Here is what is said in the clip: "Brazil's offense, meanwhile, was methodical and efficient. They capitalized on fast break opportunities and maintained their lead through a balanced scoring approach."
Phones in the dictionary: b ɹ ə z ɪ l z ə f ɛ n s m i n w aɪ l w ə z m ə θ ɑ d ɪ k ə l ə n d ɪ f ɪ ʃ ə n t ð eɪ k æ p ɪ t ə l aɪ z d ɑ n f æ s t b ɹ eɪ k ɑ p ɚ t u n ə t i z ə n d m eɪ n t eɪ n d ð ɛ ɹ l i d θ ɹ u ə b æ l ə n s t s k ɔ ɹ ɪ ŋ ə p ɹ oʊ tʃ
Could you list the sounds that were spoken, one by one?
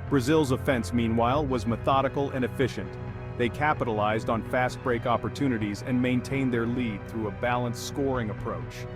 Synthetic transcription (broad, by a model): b ɹ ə z ɪ l z ə f ɛ n s m i n w aɪ l w ə z m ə θ ɑ d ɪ k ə l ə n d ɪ f ɪ ʃ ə n ð eɪ k æ p ɪ t ə l aɪ z d n f æ s t b ɹ eɪ k ɑ p ɚ t u n ə t i z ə n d m eɪ n t eɪ n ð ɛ ɹ l i d θ ɹ u ə b æ l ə n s s k ɔ ɹ ɪ ŋ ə p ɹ oʊ tʃ